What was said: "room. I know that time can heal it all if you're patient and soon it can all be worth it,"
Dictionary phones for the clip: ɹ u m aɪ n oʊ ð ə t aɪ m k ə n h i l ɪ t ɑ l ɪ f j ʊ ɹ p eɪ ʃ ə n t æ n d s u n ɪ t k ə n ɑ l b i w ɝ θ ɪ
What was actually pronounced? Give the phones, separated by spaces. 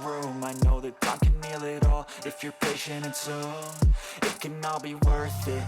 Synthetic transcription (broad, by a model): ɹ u m aɪ n oʊ ð ə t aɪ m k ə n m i l ɪ t ɑ l ɪ f j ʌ ɹ p eɪ ʃ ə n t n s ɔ ɪ t k ə n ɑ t b i w ɝ θ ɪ